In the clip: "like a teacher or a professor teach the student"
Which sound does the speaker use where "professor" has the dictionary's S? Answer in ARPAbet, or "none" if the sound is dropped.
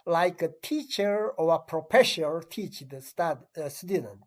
SH